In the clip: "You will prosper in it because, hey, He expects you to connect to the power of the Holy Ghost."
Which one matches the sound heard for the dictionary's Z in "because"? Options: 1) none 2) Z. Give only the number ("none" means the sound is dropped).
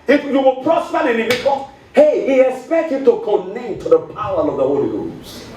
1